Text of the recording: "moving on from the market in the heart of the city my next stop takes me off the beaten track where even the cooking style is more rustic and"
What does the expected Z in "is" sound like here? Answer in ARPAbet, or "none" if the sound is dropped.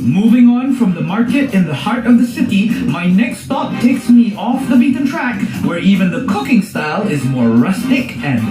Z